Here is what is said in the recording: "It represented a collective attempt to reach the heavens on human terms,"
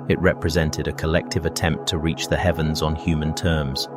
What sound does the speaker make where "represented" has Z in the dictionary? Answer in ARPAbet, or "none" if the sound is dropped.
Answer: Z